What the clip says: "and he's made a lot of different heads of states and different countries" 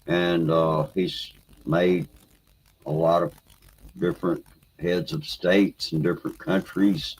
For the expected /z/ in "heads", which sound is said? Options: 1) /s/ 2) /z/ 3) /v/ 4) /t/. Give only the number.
2